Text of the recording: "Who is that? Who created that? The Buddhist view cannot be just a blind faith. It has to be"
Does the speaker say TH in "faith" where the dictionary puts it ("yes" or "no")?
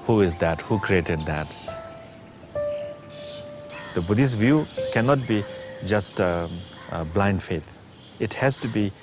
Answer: no